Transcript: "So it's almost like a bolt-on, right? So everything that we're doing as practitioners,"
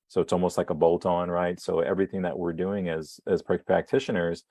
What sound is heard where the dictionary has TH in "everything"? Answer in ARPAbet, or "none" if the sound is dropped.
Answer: TH